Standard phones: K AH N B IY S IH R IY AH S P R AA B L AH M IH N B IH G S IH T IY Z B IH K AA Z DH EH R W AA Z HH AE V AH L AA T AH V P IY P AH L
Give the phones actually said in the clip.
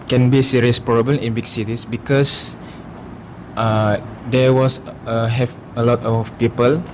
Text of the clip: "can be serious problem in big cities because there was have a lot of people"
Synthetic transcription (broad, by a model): K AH N B IY S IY R IY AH S P R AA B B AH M IH N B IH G S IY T IY S B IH K AA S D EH W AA S HH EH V AH L AA T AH F P IY P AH L